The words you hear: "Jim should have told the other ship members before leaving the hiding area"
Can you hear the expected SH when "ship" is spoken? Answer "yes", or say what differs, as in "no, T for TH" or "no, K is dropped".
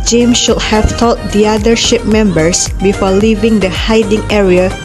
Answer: yes